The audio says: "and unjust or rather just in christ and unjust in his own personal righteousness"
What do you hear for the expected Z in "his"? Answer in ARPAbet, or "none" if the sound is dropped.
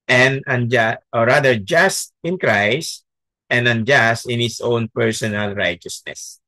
S